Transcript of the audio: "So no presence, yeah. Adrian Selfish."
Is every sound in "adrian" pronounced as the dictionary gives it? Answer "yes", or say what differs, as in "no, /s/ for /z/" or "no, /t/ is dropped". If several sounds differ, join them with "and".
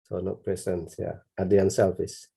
no, /ɹ/ is dropped